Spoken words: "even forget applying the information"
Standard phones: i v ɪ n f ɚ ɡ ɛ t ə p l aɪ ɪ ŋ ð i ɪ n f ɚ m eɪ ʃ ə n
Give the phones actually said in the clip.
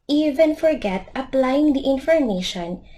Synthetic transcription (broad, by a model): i v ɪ n f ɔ ɡ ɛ t ə p l aɪ ɪ ŋ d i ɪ n f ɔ m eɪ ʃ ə n